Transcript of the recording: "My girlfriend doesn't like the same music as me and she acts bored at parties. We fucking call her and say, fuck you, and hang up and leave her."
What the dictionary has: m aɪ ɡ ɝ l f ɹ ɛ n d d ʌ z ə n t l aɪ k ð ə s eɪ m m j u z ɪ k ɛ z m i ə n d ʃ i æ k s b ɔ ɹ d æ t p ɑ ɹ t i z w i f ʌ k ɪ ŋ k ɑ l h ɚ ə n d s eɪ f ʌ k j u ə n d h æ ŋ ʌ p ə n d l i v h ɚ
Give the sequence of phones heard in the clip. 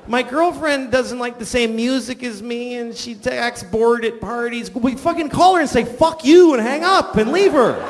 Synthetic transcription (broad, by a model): m aɪ ɡ ɝ l f ɹ ɛ n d d ʌ z ə n t l aɪ k ð ə s eɪ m m j u z ɪ k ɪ z m i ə n ʃ i æ k s b ɔ ɹ d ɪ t p ɑ ɹ t i z w i f ʌ k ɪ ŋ k ɑ l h ɚ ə n s eɪ f ʌ k j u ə n h æ ŋ ʌ p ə n l i v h ɚ